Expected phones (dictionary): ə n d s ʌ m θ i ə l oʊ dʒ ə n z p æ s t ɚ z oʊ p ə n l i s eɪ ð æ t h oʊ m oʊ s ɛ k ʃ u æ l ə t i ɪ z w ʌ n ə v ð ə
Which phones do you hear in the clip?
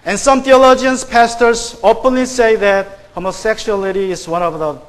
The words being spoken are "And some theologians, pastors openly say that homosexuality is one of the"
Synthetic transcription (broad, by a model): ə n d s ʌ m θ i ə l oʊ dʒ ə n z p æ s t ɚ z oʊ p ə n l i s eɪ ð æ t h oʊ m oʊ s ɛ k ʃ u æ l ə t i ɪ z w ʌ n ə v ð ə